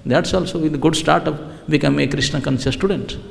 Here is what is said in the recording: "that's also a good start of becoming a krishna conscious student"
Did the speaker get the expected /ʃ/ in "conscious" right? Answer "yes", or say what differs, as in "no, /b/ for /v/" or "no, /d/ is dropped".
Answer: no, /s/ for /ʃ/